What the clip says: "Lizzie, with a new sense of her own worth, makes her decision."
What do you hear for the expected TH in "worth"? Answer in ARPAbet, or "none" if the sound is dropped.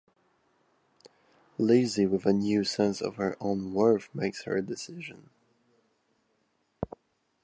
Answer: F